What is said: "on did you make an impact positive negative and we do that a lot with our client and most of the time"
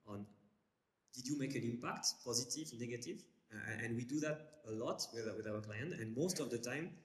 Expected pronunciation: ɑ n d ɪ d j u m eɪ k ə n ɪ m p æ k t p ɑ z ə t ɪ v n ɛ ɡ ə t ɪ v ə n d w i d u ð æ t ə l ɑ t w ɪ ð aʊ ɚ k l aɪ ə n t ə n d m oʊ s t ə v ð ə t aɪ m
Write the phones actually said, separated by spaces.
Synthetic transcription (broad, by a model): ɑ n d ɪ d j u m eɪ k ə n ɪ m p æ k t p ɑ z ə t ɪ v n ɛ ɡ ə t ɪ v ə n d w i d u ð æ t ə l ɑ t w ɪ ð aʊ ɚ k l aɪ ə n t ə n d m oʊ s t ə v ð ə t aɪ m